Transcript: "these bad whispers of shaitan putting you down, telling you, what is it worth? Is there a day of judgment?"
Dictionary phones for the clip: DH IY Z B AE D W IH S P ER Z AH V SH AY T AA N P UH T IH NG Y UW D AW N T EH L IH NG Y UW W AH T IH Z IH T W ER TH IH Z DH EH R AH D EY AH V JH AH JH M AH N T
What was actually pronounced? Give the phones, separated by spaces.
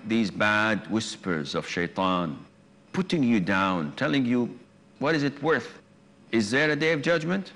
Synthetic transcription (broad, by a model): DH IY Z B AE D W IH S P ER Z AH V SH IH T AA N P UH T IH NG Y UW D AW N T EH L IH NG Y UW W AH T IH Z IH T W ER TH IH Z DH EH R AH D EY AH V JH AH JH M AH N T